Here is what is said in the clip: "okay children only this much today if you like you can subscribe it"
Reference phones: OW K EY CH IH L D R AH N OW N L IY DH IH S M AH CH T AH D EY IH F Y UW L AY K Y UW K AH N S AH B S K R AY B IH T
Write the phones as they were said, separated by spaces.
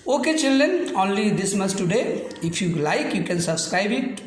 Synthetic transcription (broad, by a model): OW K EY CH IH L D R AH N OW N L IY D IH S M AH S T AH D EY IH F Y UW L AY K Y UW K AH N S AH B S K R AY B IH T